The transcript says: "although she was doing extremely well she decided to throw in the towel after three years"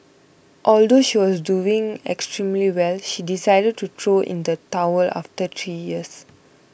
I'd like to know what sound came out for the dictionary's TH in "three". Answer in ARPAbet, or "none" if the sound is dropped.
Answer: T